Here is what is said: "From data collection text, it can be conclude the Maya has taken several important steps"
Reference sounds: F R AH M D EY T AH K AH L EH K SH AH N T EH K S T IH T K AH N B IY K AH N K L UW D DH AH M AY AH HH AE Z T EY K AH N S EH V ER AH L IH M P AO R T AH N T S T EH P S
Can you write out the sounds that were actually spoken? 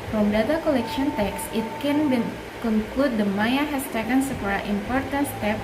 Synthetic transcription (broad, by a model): F R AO M D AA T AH K AH L EH K SH AH N T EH K S IH T K AH N B IY K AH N K L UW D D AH M AY AH HH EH S T EY K AH N S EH P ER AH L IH M P AO R T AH N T S T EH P